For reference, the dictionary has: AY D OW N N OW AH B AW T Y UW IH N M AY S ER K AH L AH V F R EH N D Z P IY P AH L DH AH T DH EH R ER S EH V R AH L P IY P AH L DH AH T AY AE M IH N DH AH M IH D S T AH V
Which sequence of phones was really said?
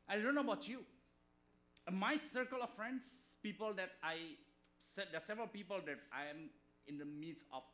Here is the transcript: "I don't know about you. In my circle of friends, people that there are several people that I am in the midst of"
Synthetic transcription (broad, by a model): AY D OW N N OW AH B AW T Y UW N M AY S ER K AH L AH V F R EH N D S P IY P AH L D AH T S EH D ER S EH V R AH L P IY P AH L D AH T AY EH M IH N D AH M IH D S AH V